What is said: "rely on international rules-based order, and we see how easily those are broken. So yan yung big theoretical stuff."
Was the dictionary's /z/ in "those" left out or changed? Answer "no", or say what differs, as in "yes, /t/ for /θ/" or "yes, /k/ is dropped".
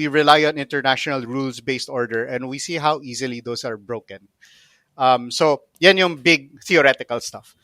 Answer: yes, /s/ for /z/